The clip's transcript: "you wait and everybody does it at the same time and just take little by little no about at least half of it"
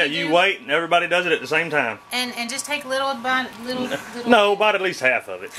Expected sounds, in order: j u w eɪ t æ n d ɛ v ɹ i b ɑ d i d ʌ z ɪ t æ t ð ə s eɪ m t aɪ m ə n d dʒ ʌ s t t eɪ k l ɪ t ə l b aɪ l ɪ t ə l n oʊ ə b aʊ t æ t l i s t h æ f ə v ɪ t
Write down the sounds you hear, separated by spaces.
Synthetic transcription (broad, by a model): j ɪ w eɪ t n ɛ v ɹ i b ɑ d i d ʌ z ɪ t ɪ t ð ə s eɪ m t aɪ m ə n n dʒ ʌ s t t eɪ k l ɪ t l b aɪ l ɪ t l n oʊ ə b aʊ t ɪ t l i s t h æ f ə v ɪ t